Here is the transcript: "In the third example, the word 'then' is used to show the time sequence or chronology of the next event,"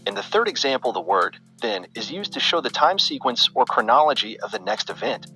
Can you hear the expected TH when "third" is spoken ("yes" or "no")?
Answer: yes